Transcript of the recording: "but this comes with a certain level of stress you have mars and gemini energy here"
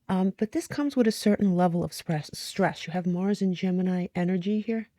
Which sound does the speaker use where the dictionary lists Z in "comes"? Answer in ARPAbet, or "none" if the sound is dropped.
Z